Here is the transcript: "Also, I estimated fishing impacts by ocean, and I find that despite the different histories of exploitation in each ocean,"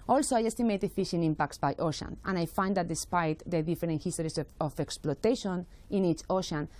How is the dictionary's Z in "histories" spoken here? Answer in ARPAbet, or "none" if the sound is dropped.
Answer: S